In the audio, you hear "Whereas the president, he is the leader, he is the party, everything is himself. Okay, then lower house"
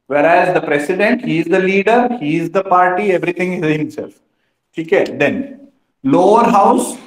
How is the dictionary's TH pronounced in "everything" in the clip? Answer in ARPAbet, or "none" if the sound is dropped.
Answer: T